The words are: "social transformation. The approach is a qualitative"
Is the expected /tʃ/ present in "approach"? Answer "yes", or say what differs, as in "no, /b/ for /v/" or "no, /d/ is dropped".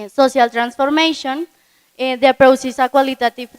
no, /s/ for /tʃ/